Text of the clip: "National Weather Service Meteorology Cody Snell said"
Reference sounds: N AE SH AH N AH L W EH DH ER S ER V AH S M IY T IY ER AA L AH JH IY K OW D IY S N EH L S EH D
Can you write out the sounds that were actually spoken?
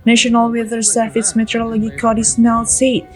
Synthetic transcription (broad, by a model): N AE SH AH N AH L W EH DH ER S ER F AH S M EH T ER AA L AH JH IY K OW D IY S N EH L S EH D